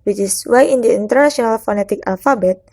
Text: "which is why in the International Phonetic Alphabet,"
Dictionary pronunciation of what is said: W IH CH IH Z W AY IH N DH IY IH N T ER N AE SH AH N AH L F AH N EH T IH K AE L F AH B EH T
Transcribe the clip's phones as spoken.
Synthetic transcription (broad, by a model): W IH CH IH S W AY IH N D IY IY N T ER N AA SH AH N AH L F AH N EH T IH K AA L F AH B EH T